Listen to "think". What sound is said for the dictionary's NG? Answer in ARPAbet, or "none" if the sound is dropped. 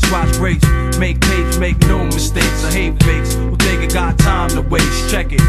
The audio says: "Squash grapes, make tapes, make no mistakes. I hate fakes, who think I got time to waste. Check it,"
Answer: none